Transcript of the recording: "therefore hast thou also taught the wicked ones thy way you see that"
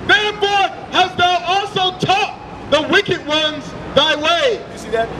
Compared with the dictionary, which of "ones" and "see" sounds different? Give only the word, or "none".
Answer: none